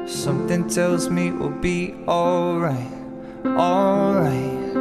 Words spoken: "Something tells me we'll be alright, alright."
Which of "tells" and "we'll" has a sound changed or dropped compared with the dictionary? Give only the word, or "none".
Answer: none